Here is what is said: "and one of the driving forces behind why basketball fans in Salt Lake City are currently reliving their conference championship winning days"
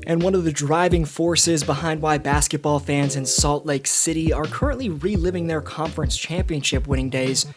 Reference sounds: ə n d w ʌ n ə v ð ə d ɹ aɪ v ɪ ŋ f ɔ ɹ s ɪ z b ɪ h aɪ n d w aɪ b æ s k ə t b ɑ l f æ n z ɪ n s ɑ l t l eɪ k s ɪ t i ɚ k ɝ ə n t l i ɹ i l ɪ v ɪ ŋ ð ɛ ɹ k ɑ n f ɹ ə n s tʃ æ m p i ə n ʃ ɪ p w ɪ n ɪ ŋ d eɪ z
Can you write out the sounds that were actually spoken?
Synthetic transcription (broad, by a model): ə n w ʌ n ə v ð ə d ɹ aɪ v ɪ ŋ f ɔ ɹ s ɪ z b ɪ h aɪ n d w aɪ b æ s k ə t b ɑ l f æ n z ɪ n s ɑ l t l eɪ k s ɪ t i ɚ k ɝ ə n t l i ɹ i l ɪ v ɪ ŋ ð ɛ ɹ k ɑ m f ɹ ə n s tʃ æ m p i ə n ʃ ɪ p w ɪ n ɪ ŋ d eɪ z